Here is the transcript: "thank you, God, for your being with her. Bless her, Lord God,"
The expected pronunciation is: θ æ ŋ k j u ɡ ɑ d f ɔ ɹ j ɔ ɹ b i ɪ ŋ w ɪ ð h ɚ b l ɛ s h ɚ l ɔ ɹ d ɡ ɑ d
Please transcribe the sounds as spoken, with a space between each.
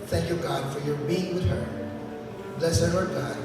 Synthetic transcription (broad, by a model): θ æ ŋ k j u ɡ ɑ d f ɔ ɹ j ɔ ɹ b i ɪ ŋ w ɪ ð h ɚ b l ɛ s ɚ n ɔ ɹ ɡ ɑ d